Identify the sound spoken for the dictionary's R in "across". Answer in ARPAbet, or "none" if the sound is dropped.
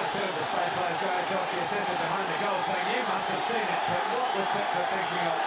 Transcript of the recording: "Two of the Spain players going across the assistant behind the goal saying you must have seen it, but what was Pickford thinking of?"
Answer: none